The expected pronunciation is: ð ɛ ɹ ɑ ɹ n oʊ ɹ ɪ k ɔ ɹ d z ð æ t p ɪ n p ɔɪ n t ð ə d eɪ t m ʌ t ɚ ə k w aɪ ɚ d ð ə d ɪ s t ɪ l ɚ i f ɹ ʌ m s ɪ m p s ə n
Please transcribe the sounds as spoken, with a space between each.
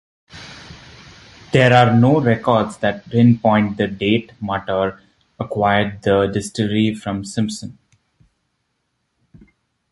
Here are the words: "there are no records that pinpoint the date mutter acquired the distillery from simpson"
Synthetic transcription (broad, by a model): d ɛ ɹ ɑ ɹ n oʊ ɹ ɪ k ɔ ɹ d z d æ t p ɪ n p ɔɪ n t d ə d eɪ t m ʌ t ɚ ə k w aɪ ɚ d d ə d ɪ s t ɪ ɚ i f ɹ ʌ m s ɪ m p s ə n